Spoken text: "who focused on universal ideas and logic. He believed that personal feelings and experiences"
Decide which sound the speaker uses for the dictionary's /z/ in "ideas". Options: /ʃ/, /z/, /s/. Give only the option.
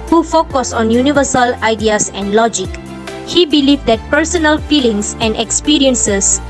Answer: /s/